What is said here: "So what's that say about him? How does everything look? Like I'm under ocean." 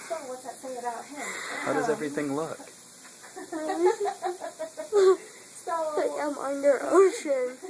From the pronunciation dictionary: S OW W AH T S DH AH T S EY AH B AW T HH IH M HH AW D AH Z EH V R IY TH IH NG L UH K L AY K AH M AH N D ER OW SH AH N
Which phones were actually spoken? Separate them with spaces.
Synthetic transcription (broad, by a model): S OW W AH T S DH AH T TH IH AH B AW T HH IH M HH AW D AH Z EH V R IY TH IH NG L UH K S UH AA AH M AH N D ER OW SH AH N